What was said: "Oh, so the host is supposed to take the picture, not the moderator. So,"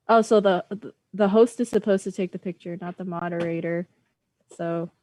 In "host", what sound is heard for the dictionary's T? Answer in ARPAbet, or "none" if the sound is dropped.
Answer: T